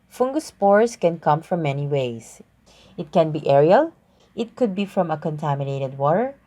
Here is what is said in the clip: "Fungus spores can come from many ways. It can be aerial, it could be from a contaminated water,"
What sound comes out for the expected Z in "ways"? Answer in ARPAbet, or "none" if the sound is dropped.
S